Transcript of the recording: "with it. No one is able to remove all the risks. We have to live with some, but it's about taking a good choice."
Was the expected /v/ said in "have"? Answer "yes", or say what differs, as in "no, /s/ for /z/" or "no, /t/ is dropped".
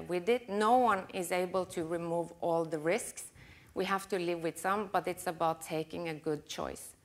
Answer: no, /f/ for /v/